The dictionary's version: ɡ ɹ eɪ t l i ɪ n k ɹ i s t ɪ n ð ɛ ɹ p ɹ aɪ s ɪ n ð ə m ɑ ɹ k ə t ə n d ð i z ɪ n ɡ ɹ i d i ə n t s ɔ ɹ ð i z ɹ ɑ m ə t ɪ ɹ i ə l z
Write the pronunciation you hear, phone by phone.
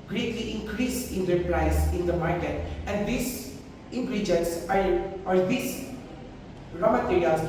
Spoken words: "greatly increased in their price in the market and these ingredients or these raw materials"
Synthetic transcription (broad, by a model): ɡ ɹ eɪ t l i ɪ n k ɹ i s ɪ n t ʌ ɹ p ɹ aɪ s ɪ n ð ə m ɑ ɹ k ə t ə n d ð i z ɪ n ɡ ɹ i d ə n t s ɔ ɹ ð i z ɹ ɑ m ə t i ɹ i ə l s